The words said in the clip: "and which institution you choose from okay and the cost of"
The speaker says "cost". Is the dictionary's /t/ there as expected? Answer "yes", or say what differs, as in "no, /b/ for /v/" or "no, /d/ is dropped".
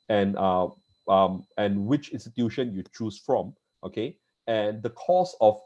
no, /t/ is dropped